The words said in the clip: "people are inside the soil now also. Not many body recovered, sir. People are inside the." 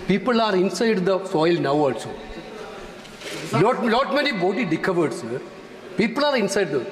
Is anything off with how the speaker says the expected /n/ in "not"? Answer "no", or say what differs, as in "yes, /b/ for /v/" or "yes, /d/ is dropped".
yes, /l/ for /n/